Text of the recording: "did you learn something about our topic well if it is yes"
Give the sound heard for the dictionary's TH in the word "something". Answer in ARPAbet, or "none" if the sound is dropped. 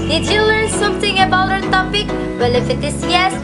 T